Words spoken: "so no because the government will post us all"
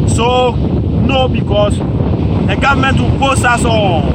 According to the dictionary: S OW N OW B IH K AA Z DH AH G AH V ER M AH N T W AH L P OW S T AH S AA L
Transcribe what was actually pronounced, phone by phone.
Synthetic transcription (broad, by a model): S OW N OW B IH K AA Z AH G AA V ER M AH N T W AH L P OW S AA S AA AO